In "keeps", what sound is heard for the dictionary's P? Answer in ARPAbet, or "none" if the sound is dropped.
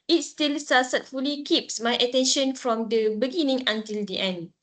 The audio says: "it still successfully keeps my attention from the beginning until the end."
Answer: P